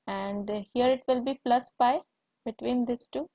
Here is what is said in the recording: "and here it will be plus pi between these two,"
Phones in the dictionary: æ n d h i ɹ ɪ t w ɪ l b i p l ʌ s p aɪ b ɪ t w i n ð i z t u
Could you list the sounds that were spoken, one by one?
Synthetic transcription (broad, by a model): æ n d h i ɹ ɪ t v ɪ l b i p l ʌ s p aɪ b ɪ t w i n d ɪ s t u